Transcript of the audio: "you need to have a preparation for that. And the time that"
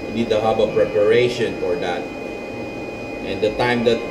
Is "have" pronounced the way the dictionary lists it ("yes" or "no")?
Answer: no